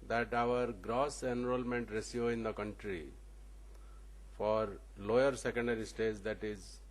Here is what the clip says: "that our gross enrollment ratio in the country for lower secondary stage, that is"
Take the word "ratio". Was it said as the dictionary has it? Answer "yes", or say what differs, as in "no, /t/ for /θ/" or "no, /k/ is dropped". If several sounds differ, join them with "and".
no, /s/ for /ʃ/